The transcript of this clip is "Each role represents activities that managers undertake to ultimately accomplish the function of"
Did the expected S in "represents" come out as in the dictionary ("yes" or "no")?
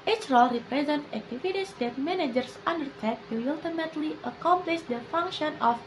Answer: no